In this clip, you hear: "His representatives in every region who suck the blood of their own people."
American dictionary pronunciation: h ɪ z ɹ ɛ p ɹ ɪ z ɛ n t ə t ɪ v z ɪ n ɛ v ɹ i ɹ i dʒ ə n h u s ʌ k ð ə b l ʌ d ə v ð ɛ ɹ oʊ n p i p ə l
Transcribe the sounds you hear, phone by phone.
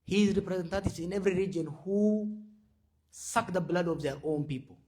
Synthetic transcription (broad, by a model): h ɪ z ɹ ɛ p ɹ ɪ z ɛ n t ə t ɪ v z ɪ n ɛ v ɹ i ɹ i dʒ ə n h u s ʌ k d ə b l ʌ d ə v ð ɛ ɹ oʊ n p i p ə l